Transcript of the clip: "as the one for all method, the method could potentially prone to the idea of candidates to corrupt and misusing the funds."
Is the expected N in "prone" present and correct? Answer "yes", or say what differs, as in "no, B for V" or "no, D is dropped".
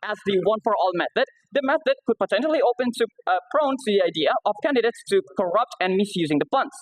yes